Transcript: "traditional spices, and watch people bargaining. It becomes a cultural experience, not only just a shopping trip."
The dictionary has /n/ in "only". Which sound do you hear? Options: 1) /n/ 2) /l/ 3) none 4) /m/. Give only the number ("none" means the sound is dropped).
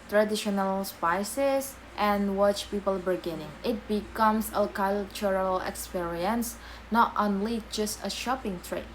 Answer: 1